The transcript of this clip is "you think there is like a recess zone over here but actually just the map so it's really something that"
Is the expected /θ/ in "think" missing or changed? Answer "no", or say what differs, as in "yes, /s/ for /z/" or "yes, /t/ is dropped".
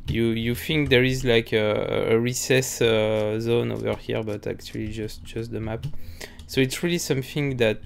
yes, /f/ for /θ/